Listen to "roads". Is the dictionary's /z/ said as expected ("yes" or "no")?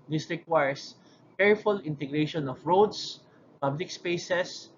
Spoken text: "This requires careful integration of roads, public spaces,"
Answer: no